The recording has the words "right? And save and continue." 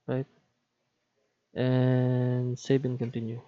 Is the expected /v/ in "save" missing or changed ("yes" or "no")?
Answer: yes